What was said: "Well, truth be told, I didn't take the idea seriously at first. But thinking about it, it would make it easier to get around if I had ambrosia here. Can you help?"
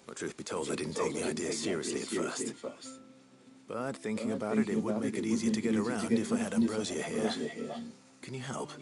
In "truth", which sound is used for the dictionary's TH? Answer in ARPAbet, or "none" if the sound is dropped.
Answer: TH